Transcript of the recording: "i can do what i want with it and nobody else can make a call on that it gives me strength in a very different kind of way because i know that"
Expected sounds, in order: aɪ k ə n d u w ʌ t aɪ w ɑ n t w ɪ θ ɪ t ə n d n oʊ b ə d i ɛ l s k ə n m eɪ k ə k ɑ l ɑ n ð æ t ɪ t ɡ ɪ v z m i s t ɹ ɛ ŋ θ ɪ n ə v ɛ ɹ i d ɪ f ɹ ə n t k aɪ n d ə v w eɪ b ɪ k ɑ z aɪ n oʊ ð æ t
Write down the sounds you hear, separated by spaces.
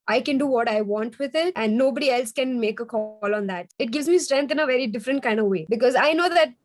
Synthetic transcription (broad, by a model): aɪ k ə n d u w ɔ t aɪ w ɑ n t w ɪ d ɪ t ə n d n oʊ b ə d i ɛ l s k ə n m eɪ k ə k ɑ l ɑ n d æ t ɪ t ɡ ɪ v z m i s t ɹ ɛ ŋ t ɪ n ə v ɛ ɹ i d ɪ f ɹ ə n t k aɪ n d ə v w eɪ b ɪ k ɑ z aɪ n oʊ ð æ t